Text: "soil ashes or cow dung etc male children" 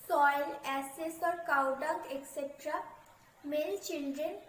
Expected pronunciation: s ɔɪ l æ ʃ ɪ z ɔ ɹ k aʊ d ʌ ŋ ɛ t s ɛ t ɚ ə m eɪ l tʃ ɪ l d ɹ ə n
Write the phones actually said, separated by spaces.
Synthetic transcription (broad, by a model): s ɔɪ l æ s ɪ s ɔ ɹ k aʊ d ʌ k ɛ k s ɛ t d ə m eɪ l tʃ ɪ l d ɹ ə n